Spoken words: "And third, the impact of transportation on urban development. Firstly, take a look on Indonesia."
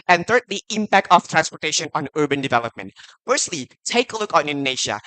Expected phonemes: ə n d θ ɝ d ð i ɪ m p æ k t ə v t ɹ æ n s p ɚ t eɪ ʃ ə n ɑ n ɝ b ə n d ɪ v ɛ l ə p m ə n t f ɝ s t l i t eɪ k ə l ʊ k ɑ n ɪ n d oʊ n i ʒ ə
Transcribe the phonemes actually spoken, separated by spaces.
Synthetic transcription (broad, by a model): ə n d θ ɝ d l i ɪ m p æ k t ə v t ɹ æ n s p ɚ t eɪ ʃ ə n ɑ n ɝ b ə n d ɪ v ɛ l ə p m ə n t f ɝ s t l i t eɪ k ə l ʊ k ɑ n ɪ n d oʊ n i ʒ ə